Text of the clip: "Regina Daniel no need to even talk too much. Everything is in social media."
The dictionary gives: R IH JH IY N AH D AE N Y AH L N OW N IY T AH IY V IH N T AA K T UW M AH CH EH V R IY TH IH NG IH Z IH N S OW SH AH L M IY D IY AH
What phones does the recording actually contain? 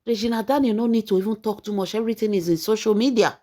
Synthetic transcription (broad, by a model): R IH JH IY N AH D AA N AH N OW N IY T AH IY F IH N T AA K T UW M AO SH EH R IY T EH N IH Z IH N S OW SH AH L M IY D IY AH